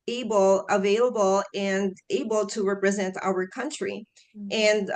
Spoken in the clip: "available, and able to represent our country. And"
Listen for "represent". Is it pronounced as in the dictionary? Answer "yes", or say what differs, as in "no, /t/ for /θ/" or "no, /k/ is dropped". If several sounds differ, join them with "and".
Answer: yes